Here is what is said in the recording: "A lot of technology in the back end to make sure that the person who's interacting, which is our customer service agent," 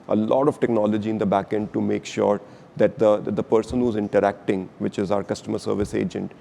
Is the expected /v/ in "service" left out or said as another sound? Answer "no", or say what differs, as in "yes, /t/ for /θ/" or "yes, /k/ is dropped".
no